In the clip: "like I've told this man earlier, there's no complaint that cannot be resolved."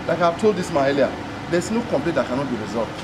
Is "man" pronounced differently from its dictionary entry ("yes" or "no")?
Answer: yes